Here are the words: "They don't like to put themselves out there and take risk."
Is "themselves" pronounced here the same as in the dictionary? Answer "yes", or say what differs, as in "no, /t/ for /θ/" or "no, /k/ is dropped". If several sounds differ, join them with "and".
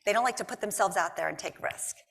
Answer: yes